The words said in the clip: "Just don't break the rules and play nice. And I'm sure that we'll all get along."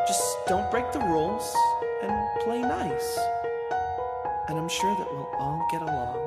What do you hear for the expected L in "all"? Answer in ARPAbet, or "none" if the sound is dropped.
N